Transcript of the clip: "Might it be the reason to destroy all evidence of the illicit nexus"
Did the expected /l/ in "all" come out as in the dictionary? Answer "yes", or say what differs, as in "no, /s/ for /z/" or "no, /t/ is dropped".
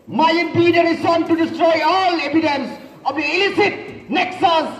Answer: yes